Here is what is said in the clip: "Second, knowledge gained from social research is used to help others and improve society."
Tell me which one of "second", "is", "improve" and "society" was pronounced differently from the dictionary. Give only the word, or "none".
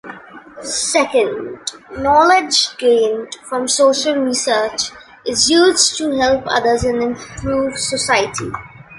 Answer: none